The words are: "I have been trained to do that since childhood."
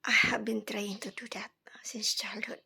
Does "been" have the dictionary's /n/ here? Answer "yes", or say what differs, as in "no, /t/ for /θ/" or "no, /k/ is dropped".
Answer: yes